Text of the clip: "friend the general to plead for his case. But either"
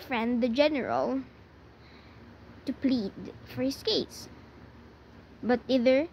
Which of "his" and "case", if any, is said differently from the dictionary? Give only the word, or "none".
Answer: his